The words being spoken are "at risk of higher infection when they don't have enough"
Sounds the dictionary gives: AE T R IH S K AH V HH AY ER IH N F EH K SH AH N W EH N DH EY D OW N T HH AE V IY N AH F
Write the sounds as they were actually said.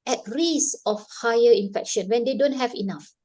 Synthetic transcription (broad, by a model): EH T R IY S AH F HH AY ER IH N F EH K SH AH N W EH N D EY D OW N T HH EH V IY N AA F